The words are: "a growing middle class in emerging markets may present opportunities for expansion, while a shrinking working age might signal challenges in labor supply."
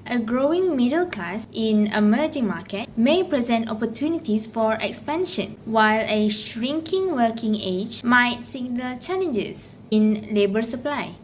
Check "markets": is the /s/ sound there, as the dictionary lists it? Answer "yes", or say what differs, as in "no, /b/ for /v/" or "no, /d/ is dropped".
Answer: no, /s/ is dropped